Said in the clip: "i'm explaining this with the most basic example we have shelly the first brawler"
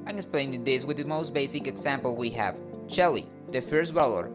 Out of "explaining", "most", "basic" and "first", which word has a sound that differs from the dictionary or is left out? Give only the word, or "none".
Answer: explaining